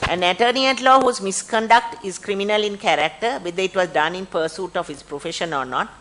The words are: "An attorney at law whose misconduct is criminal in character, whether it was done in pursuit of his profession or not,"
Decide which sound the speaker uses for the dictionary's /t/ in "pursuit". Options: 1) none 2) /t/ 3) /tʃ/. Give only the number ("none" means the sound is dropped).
2